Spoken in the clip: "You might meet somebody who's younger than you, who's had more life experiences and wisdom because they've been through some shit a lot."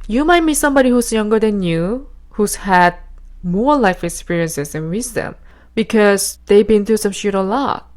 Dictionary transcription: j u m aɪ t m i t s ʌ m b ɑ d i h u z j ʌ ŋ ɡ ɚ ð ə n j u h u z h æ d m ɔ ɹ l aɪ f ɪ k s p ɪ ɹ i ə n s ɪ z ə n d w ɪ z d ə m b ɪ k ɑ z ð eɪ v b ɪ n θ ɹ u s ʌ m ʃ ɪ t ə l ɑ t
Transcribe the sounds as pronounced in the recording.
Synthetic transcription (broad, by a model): j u m aɪ t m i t s ʌ m b ɑ d i h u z j ʌ ŋ ɡ ɚ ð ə n j u h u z h æ d m ɔ ɹ l aɪ f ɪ k s p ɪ ɹ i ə n s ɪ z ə n w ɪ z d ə m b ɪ k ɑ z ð eɪ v b ɪ n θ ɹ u s ʌ m ʃ ɪ t ə l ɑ t